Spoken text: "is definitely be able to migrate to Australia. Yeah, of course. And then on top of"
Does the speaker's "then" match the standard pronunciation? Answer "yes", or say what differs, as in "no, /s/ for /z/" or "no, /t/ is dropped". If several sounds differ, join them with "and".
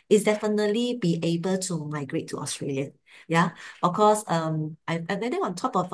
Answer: no, /n/ is dropped